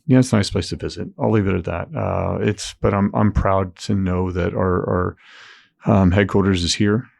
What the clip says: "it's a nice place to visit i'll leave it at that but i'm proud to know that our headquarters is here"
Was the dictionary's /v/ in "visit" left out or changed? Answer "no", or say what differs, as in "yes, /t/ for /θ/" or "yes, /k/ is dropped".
no